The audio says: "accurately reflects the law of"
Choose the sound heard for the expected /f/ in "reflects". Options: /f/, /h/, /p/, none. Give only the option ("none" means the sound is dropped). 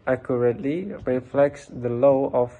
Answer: /f/